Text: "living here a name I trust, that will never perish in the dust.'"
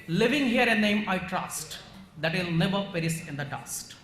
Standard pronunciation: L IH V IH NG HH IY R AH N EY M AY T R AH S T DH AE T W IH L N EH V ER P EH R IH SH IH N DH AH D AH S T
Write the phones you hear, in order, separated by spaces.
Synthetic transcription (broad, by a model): L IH V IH NG HH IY R AH N EY M AY T R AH S T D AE T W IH L N EH V ER P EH R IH S IH N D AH D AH S T